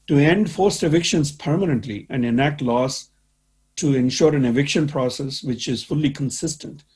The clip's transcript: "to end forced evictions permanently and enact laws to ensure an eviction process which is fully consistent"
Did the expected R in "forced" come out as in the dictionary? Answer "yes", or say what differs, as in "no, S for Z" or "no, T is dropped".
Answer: yes